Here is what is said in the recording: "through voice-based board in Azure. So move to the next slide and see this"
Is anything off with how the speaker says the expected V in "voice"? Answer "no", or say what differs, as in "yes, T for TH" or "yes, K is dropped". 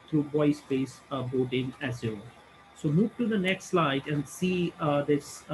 yes, B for V